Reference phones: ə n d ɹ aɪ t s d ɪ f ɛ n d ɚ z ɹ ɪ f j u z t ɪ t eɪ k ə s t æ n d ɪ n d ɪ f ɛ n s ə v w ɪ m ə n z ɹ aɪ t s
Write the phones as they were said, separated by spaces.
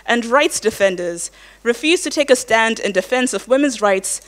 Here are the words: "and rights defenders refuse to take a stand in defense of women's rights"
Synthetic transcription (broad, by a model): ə n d ɹ aɪ t s d ɪ f ɛ n d ɚ z ɹ ɪ f j u z t ɪ t eɪ k ə s t æ n d ɪ n d ɪ f ɛ n s ə v w ɪ m ə n z ɹ aɪ t s